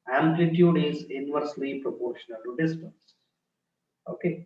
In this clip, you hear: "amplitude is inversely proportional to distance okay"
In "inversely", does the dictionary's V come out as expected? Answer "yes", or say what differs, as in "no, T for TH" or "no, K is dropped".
yes